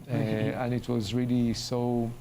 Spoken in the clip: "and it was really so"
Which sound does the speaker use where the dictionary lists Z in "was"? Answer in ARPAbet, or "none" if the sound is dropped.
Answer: Z